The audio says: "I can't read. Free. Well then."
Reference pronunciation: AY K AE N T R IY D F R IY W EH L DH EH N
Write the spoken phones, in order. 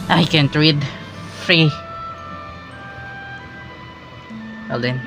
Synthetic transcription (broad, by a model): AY K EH N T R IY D F R IY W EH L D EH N